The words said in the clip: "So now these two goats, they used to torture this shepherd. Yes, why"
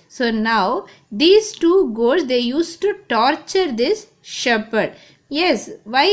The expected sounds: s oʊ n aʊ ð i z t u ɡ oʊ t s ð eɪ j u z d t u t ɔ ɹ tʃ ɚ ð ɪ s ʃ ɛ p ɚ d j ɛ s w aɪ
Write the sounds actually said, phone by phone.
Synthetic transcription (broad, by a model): s oʊ n aʊ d i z t u ɡ oʊ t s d eɪ j u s t u t ɔ ɹ tʃ ɚ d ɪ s ʃ ɛ p ɚ d j ɛ s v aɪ